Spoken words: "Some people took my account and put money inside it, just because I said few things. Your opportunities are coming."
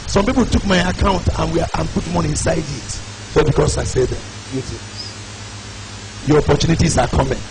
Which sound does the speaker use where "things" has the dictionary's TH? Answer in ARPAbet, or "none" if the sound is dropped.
T